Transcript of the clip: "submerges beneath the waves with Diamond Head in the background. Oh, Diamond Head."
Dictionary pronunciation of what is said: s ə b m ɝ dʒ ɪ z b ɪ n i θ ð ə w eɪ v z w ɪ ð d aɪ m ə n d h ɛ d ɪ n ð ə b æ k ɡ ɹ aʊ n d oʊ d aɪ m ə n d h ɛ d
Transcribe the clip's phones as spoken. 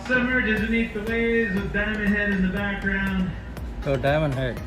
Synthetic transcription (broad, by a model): s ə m ɝ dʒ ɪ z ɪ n i t ð ə w eɪ z w ɪ ð d aɪ m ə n h ɛ d ɪ n ð ə b æ k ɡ ɹ aʊ n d oʊ d aɪ m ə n h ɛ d